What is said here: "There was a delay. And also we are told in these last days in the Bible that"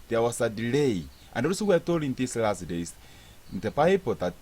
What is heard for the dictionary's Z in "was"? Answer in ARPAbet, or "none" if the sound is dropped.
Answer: S